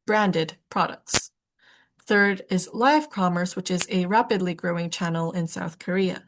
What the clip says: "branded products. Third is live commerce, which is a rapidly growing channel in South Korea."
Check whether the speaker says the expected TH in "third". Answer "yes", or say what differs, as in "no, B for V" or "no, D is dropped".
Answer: yes